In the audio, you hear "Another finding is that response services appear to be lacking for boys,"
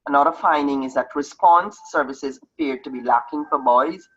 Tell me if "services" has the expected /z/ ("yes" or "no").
yes